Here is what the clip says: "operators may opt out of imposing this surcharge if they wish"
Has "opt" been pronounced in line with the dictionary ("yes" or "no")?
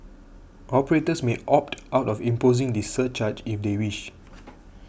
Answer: yes